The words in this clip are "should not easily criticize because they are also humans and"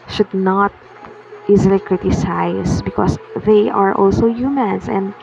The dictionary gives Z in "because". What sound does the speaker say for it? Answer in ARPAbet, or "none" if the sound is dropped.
S